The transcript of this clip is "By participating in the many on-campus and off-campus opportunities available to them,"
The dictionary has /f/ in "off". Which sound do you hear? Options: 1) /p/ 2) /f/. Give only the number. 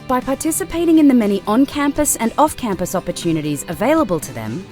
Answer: 2